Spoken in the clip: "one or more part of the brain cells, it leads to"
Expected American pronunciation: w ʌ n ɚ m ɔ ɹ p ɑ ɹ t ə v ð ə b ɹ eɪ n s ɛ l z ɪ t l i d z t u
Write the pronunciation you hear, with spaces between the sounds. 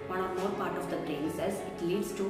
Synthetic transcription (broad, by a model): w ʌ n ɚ m ɔ ɹ p ɑ ɹ t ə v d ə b ɹ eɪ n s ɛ z ɪ t l i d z t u